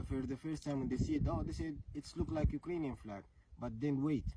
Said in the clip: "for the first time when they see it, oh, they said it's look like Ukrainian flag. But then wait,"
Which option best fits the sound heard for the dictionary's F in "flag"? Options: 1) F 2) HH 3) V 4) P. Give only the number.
1